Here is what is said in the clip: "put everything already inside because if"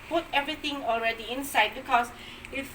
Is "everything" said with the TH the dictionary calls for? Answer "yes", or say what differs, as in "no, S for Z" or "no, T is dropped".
no, T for TH